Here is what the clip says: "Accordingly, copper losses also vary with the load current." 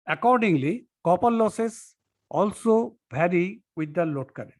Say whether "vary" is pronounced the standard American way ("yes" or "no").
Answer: no